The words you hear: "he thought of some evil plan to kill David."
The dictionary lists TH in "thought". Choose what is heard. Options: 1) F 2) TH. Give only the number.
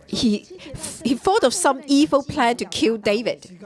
1